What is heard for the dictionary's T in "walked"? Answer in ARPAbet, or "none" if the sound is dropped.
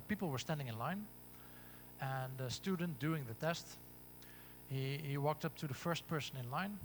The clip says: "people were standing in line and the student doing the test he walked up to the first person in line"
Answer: T